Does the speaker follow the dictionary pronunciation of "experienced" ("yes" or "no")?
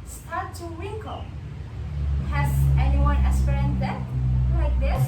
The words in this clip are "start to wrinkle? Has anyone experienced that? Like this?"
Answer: no